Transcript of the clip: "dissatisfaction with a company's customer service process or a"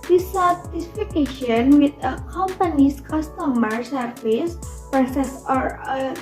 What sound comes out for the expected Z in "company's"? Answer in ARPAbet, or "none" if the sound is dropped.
S